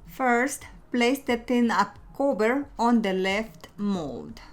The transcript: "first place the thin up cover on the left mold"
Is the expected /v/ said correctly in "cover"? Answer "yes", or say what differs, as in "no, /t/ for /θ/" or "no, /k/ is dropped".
no, /b/ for /v/